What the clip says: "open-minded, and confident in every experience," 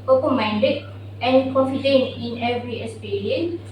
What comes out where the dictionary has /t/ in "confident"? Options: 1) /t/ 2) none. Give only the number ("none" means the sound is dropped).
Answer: 2